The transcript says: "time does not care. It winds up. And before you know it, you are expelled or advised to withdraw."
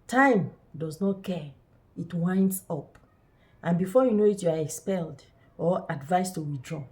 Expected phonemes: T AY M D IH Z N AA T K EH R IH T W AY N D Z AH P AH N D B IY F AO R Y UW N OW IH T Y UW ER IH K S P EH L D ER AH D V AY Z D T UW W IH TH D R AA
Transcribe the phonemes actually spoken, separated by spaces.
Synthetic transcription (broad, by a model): T AY M D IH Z N AA T K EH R IH T W AY N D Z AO P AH N B IY F AO Y UW N OW IH T Y UW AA IH K S P EH L D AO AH D V AY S T UW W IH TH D R AA